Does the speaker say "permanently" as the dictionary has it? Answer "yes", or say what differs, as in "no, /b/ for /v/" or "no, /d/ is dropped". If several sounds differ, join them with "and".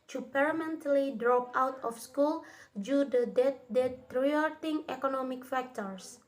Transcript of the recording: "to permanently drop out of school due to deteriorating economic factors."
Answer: no, /m/ is dropped